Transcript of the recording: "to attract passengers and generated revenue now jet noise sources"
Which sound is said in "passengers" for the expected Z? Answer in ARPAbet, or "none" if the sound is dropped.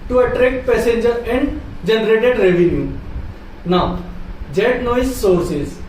none